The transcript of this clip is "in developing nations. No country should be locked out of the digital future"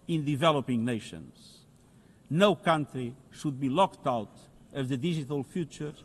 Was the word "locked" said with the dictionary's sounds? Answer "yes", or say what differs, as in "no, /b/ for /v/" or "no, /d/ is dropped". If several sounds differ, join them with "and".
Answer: yes